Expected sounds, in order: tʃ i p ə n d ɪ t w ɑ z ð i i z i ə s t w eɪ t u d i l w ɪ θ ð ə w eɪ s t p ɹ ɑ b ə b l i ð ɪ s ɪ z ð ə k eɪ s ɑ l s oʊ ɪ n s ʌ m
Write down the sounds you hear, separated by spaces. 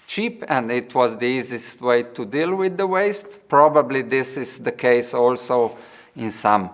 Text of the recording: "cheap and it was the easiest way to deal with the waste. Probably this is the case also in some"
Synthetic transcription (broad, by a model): tʃ i p ə n d ɪ t w ɑ z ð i i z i s t w eɪ t u d i l w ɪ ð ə w eɪ s t p ɹ ɑ b ə b l i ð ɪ s ɪ z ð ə k eɪ s ɑ l s oʊ ɪ n s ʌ m